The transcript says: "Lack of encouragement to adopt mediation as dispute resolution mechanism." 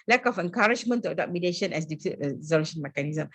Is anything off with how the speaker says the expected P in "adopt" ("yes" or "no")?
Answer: yes